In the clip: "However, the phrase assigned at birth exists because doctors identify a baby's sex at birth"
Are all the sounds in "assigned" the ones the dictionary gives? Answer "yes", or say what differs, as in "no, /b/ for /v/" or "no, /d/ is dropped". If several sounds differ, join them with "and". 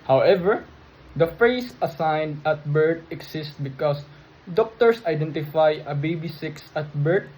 yes